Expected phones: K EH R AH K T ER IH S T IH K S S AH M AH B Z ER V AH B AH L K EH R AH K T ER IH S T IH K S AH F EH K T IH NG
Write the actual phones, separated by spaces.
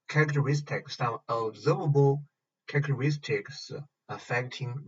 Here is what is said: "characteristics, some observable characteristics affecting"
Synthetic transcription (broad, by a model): K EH R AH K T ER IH S T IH K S S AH AH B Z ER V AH B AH L K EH R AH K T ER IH S T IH K S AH F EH K T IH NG